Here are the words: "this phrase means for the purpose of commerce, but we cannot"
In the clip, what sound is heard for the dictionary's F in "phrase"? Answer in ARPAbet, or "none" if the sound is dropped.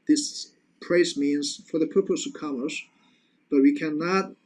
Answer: P